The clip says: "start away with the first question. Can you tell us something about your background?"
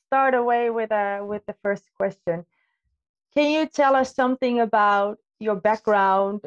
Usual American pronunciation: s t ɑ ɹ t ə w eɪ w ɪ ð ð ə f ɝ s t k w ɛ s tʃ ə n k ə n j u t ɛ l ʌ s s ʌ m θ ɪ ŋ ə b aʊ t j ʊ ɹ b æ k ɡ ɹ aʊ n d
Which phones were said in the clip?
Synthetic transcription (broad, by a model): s t ɑ ɹ t ə w eɪ w ɪ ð ð ə f ɝ s k w ɛ s tʃ ə n k ə n j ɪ t ɛ l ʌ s s ʌ m θ ɪ ŋ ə b aʊ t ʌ ɹ b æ k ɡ ɹ aʊ n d